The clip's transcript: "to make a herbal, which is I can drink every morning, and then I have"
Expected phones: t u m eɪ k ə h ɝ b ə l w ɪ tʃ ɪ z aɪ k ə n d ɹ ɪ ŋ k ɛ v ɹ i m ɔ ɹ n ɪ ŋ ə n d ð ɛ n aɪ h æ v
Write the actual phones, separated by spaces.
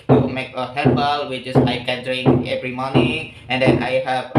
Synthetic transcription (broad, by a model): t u m eɪ k ə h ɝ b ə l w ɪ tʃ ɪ s aɪ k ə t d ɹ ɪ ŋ ɛ v ɹ i m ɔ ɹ n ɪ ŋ ə n d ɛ n aɪ h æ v